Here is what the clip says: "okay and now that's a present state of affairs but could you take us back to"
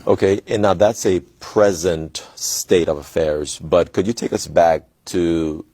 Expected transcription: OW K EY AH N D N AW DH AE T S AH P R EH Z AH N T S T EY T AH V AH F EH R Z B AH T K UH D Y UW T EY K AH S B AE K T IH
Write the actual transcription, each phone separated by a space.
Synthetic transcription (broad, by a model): OW K EY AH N N AW DH AE T S AH P R EH Z AH N T S T EY T AH V AH F EH R Z B AH T K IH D Y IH T EY K AH S B AE K T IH